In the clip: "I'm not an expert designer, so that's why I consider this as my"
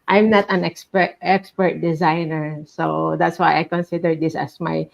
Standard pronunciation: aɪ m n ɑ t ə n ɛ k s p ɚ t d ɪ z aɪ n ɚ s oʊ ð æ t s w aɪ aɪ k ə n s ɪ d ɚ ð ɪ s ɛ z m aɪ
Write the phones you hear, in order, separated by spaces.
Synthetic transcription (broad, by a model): aɪ m n ɑ t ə n ɛ k s p ɚ t d ɪ z aɪ n ɚ s oʊ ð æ t s w aɪ aɪ k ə n s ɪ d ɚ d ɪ s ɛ s m aɪ